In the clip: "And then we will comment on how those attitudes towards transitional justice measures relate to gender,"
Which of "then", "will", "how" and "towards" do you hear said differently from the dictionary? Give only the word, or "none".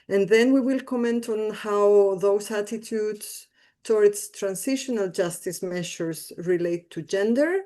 towards